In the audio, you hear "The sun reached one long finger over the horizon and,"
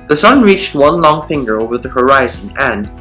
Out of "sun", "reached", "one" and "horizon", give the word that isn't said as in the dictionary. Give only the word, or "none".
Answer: none